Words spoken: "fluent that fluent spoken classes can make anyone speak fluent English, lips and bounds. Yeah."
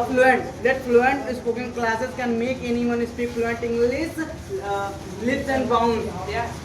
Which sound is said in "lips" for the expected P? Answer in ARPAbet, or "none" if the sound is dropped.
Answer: none